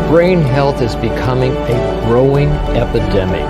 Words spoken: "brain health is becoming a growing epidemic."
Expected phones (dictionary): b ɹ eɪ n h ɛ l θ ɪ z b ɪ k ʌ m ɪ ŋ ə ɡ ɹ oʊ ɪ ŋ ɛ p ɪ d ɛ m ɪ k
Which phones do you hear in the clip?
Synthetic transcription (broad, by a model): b ɹ eɪ n h ɛ l θ ɪ z b ɪ k ʌ m ɪ ŋ ə ɡ ɹ oʊ ɪ ŋ ɛ p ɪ d ɛ m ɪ k